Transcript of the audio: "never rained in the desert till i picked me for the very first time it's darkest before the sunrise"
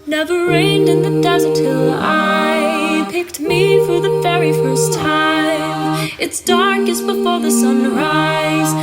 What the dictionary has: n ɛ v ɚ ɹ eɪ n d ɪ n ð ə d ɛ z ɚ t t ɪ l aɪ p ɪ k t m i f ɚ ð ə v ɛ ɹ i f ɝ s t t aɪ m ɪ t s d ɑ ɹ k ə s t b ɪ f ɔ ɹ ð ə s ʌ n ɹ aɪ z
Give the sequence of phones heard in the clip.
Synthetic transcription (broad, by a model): n ɛ v ɚ ɹ eɪ n d ɪ n ð ə d ɛ z ɚ t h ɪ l aɪ p ɪ k t m i f ɚ ð ə v ɛ ɹ i f ɝ s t t aɪ m ɪ t s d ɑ ɹ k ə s b ɪ f ɔ ɹ ð ə s ʌ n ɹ aɪ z